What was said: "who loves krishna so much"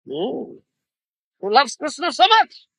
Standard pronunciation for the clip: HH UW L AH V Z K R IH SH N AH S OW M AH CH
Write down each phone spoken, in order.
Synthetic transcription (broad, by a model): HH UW L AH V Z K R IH S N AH S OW M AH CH